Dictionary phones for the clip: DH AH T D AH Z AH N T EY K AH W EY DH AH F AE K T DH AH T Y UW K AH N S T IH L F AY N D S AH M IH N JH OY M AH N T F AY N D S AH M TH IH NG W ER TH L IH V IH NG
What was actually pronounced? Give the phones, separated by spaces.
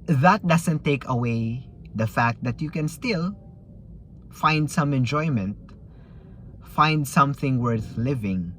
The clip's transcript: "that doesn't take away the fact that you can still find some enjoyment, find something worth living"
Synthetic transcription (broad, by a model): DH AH T D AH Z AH N T EY K AH W EY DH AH F AE K T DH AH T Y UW K AH N S T IH L F AY N D S AH M IH N JH OY M AH N T F AY N D S AH M TH IH NG W ER TH L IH V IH NG